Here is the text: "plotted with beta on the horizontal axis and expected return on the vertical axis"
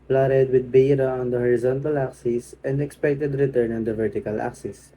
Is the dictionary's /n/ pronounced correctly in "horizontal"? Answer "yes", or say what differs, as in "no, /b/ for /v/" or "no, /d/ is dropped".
yes